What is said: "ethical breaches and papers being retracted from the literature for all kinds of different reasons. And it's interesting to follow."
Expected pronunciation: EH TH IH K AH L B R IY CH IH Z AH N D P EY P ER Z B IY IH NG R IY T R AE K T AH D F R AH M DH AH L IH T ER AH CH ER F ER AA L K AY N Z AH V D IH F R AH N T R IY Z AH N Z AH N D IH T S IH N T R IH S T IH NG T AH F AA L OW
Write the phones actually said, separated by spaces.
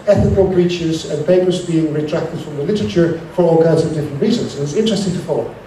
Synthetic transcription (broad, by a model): EH TH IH K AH L B R IY CH IH Z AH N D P EY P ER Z B IY IH NG R IY T R AE K T AH D F R AH M DH AH L IH T ER AH CH ER F ER AA L K AY N Z AH V D IH F R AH N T R IY Z AH N Z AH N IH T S IH N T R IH S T IH NG T AH F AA L OW